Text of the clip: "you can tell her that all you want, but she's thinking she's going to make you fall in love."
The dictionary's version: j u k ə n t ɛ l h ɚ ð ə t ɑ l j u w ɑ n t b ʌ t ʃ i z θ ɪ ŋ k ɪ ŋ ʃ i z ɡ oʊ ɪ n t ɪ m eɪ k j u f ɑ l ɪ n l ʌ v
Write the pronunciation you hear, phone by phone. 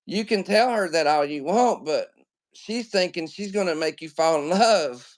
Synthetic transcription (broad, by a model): j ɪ k ə n t ɛ l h ɚ ð ə t ɑ l j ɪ w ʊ n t b ʌ t ʃ i z θ ɪ ŋ k ɪ ŋ ʃ i z ɡ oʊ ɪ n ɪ m eɪ k j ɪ f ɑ ɪ n l ʌ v